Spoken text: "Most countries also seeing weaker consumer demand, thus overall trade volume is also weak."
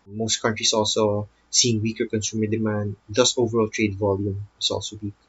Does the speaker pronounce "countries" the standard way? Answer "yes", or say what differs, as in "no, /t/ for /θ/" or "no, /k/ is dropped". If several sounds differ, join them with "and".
no, /s/ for /z/